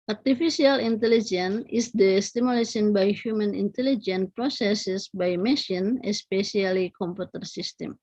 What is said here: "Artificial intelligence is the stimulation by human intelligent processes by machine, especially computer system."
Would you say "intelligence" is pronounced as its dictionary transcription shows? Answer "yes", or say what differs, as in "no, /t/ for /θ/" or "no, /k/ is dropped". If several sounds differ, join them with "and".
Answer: no, /s/ is dropped